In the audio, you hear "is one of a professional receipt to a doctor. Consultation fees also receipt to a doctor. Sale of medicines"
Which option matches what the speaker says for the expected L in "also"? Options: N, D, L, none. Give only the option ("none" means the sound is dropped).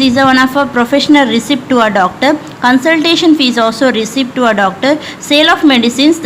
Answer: L